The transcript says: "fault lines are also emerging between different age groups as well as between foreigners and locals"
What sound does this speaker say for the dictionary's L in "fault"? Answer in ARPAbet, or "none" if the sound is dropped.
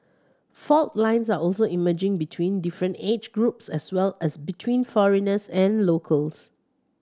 L